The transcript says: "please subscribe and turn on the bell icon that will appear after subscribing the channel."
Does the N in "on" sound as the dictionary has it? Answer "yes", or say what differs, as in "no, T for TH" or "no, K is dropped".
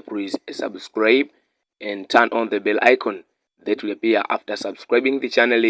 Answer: yes